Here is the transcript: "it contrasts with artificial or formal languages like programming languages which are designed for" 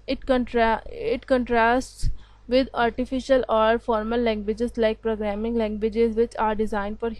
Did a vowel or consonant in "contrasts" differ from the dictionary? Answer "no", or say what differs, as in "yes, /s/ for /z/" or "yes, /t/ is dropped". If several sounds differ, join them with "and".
no